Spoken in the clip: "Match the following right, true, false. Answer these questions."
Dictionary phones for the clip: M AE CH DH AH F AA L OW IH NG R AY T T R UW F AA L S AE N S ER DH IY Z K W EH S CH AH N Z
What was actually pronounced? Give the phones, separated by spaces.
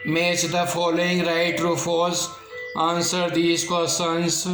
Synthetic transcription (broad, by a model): M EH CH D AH F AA L OW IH NG R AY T T R UW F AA S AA N S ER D IY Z K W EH S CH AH N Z